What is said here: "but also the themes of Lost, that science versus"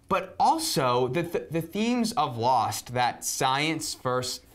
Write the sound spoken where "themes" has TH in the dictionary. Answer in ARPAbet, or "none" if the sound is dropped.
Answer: TH